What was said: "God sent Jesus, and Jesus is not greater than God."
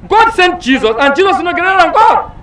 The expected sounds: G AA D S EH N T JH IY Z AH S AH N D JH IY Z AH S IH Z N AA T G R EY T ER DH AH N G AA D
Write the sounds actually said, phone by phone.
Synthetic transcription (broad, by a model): G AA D S EH N T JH IY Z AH S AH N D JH IY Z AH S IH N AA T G EY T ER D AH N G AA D